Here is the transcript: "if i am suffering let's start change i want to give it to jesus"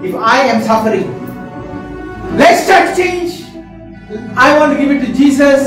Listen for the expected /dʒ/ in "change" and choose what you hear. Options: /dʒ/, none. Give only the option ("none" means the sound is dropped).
/dʒ/